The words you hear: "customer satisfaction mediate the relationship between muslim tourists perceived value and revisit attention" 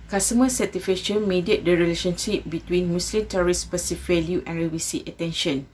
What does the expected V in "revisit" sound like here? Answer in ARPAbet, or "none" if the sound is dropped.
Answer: W